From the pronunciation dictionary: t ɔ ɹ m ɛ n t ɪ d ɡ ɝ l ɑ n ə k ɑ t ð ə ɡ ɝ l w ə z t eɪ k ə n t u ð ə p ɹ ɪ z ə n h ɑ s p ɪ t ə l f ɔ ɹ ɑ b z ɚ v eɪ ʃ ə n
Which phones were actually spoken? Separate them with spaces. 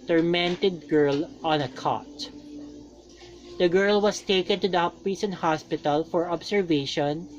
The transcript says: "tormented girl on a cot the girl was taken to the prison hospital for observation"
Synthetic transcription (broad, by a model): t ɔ ɹ m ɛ n t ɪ d ɡ ɝ l ɑ n ə k ɑ t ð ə ɡ ɝ l w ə s t eɪ k ə n t u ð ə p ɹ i s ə n h ɑ s p ɪ t ə l f ɔ ɹ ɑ b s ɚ v eɪ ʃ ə n